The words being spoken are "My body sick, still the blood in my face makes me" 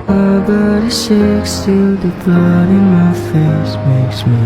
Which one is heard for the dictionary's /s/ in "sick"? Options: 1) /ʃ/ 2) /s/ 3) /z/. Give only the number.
1